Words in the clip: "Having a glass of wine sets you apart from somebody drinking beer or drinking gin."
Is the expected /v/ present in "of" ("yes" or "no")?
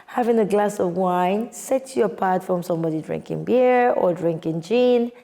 yes